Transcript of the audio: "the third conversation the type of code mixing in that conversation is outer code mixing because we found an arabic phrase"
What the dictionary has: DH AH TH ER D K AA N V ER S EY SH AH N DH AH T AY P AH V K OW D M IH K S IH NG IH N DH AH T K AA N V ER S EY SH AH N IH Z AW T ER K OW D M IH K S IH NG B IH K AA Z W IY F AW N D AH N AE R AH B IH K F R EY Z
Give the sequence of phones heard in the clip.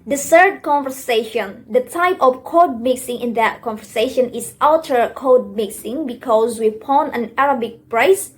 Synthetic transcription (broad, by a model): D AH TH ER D K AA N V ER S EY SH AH N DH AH T AY P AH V K OW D M IH K S IH NG IH N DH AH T K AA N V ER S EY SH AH N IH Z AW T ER K OW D M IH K S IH NG B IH K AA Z W IY P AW N AH N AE R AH B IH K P R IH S